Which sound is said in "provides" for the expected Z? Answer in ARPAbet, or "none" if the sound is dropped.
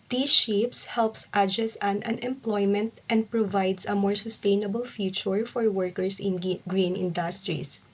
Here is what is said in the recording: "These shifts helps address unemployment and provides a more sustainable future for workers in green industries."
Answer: S